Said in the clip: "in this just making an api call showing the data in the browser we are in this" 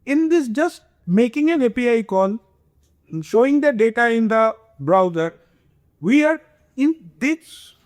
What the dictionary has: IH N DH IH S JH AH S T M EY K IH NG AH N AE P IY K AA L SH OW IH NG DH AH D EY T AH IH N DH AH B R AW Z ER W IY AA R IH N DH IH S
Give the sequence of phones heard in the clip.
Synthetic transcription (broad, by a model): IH N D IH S JH AH S T M EY K IH NG AH N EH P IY K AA N SH OW IH NG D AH D EY T AH IH N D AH B R AW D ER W IY AA R IH N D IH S